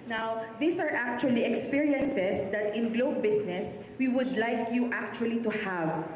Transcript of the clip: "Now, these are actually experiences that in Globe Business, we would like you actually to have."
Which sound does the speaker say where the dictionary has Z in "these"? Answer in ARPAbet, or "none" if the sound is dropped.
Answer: S